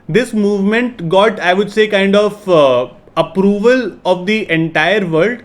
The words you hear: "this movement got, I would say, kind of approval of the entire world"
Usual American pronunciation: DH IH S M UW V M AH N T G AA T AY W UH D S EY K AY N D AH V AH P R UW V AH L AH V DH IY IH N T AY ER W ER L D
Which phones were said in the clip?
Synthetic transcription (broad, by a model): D IH S M UW V M AH N T G AA T AY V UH D S EY K AY N D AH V AH P R UW V AH L AH V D IY IH N T AY ER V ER L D